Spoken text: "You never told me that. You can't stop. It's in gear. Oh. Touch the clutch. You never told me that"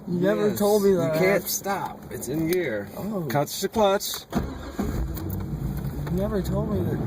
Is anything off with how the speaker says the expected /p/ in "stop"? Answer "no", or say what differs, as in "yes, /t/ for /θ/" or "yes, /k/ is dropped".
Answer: no